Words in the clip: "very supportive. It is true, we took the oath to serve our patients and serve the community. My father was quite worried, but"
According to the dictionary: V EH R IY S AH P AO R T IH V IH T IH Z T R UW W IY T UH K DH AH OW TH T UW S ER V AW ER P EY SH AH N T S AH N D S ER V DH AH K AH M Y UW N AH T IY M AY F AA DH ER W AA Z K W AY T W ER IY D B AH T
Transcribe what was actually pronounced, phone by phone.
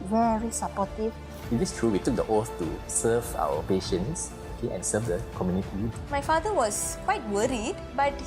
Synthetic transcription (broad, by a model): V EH R IY S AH P AO T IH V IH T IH S T R UW W IY T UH K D AH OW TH T UW S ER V AW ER P EY SH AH N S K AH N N S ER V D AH K AH M Y UW N AH T IY M AY F AA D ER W AA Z K W AY T W ER IY D B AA T